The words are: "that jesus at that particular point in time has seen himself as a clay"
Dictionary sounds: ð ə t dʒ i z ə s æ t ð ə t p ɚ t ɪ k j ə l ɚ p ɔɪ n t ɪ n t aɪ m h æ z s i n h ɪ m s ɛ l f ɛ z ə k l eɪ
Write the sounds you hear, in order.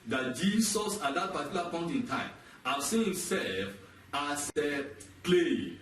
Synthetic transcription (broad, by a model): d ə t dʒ i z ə s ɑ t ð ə t p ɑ t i k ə l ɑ p ɔɪ n t ɪ n t aɪ m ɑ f s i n h ɪ m s ɛ l f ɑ s ə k l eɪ